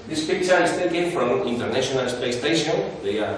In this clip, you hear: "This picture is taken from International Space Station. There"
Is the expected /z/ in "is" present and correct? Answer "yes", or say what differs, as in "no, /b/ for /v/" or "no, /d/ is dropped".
no, /s/ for /z/